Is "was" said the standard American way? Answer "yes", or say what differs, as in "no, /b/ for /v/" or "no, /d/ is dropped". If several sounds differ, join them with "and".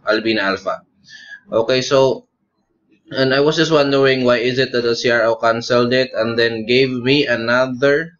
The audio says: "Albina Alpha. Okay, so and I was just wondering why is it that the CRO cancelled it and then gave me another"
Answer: no, /s/ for /z/